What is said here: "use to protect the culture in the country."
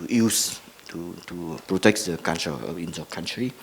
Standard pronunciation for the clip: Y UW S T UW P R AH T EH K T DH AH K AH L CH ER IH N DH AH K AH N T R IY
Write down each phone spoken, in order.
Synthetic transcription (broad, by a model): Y UW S T UW P R AH T EH K T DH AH K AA N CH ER IH N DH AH K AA N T R IY